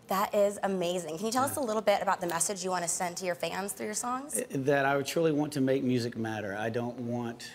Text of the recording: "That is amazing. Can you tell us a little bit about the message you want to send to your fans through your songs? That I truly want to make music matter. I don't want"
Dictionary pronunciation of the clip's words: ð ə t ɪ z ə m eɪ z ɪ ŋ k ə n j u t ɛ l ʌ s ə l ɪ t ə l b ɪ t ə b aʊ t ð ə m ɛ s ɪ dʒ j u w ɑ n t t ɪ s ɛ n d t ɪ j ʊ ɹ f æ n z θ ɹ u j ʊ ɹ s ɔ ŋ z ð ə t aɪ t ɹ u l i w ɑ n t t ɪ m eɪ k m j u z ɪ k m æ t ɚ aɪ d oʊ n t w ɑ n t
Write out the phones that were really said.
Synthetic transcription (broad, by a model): ð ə t ɪ z ə m eɪ z ɪ ŋ k ə n j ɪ t ɛ l ʌ s ə l ɪ t l b ɪ t ə b aʊ t ð ə m ɛ s ɪ dʒ j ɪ w ɑ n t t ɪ s ɛ n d t ɪ j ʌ ɹ f æ n z θ ɹ u j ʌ ɹ s ɔ ŋ z ð ə t aɪ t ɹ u l i w ɑ n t t ɪ m eɪ k m j u z ɪ k m æ t ɚ aɪ d oʊ n t w ɑ n t